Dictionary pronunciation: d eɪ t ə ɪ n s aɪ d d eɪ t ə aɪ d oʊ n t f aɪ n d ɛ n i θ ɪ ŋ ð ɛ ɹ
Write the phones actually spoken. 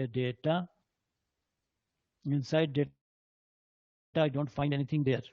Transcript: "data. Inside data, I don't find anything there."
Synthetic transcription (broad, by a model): d eɪ t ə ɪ n s aɪ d d eɪ t ə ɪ d oʊ n t f aɪ n d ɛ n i t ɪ ŋ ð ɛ ɹ